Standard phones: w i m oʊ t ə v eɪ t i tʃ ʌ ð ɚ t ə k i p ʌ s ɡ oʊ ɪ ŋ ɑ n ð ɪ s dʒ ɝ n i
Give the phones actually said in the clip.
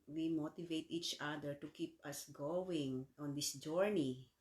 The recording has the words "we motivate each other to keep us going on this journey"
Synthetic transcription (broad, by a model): w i m oʊ t ə v eɪ t i tʃ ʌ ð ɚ t ə k i p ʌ s ɡ oʊ ɪ ŋ ɑ n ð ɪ s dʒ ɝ n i